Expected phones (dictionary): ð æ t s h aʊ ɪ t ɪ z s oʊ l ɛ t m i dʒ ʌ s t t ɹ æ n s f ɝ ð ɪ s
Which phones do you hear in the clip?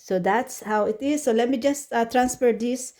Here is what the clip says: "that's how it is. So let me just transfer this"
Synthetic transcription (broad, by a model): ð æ t s h aʊ ɪ t ɪ z s oʊ l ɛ m i dʒ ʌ s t t ɹ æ n s p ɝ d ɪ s